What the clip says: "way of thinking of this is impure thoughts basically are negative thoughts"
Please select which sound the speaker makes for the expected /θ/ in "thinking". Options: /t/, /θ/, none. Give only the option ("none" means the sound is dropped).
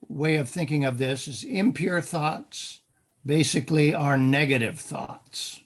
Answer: /θ/